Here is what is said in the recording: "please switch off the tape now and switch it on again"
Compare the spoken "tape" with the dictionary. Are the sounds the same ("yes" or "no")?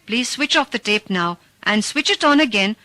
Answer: yes